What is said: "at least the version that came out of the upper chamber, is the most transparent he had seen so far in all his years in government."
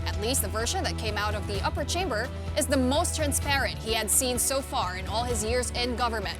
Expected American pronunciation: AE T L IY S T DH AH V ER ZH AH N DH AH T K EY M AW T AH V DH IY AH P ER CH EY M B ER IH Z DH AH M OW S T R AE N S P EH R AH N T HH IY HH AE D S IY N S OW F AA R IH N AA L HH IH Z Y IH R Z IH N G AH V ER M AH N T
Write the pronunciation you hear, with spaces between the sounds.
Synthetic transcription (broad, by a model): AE T L IY S T DH AH V ER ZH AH N DH AH T K EY M AW T AH V DH IY AH P ER CH EY M B ER IH Z DH AH M OW S T R AE N S P EH R AH N T HH IY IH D S IY N S OW F AA R IH N AA L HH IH Z Y IH R Z IH N G AH V ER M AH N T